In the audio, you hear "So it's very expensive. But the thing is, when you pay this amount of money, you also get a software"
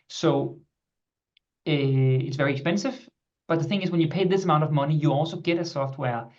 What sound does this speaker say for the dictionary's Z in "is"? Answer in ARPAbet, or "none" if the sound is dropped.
Z